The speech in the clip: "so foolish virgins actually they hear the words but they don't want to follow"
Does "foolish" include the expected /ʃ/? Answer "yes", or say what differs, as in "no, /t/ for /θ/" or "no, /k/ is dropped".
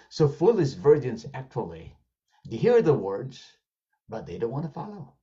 no, /s/ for /ʃ/